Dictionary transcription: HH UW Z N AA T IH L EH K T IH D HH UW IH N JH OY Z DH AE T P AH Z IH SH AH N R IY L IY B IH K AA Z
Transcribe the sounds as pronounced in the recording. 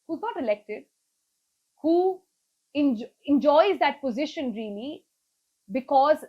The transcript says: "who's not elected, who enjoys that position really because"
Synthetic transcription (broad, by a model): HH UW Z N AA T IH L EH K T IH D HH UW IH N JH OY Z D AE T P AH Z IH SH AH N R IY L IY B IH K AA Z